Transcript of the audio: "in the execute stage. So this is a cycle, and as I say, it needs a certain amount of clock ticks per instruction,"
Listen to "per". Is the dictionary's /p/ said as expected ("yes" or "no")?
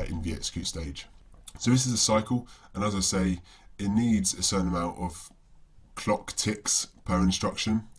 yes